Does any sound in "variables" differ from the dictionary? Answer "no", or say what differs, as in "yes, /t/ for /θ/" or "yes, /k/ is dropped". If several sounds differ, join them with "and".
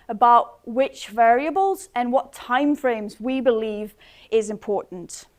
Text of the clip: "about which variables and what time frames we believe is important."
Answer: no